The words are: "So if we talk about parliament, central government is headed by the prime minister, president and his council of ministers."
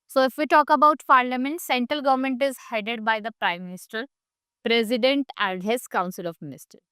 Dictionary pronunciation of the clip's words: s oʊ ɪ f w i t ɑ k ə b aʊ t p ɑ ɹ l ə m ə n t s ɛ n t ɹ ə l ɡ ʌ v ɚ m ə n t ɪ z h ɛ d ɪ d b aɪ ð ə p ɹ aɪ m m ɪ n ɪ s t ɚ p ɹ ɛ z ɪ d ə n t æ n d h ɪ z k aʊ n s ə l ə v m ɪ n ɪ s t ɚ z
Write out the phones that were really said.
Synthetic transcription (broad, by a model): s oʊ ɪ f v i t ɑ k ə b aʊ t p ɑ ɹ l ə m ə n t s ɛ n t ɹ ə l ɡ ʌ v ɚ m ə n t ɪ z h ɛ d ɪ d b aɪ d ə p ɹ aɪ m m ɪ n ɪ s t ɚ p ɹ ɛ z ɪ d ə n t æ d h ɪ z k aʊ n s ə l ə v m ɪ n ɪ s t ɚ